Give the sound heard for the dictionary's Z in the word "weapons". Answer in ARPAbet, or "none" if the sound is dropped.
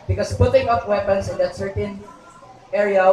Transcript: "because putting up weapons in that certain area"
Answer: S